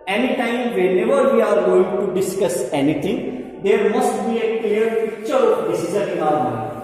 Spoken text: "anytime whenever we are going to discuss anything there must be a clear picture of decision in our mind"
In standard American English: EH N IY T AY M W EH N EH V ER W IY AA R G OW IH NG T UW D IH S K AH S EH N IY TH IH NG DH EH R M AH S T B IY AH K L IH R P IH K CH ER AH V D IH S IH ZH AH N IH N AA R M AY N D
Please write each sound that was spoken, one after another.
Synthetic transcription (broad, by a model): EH N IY T AY M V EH N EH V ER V IY AA R G OW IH NG T UW D IH S K AH S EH N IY T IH NG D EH R M AH S T B IY AH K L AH R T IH CH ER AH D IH S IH Z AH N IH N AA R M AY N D